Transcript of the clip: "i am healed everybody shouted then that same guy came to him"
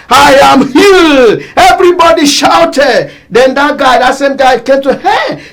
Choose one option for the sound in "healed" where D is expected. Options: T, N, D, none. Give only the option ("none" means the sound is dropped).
none